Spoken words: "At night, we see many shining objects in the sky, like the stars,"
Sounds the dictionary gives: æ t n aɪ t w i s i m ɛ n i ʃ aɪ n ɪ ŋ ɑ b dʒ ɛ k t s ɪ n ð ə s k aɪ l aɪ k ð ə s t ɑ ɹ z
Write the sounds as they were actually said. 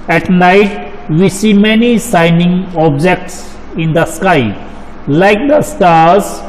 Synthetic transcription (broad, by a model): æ t n aɪ t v i s i m ɛ n i s aɪ n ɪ ŋ ɑ b dʒ ɛ k t s ɪ n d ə s k aɪ l aɪ k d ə s t ɑ ɹ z